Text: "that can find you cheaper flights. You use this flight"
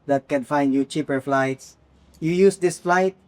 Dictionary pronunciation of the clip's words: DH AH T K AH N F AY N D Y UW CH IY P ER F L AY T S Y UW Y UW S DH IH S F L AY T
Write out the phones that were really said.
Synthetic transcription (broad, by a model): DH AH T K AH N F AY N D Y UW CH IY P ER F L AY T S Y UW Y UW S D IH S F L AY T